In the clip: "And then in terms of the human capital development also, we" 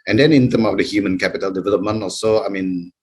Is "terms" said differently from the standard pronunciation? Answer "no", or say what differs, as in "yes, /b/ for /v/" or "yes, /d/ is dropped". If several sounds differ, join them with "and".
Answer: yes, /z/ is dropped